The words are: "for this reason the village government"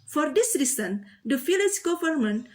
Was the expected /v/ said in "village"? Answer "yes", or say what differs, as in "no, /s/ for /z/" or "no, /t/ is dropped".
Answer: no, /f/ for /v/